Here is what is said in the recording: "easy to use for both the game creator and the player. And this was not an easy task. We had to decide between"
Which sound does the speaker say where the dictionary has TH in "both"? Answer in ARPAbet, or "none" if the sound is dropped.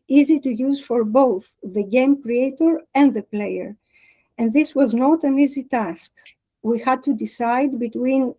TH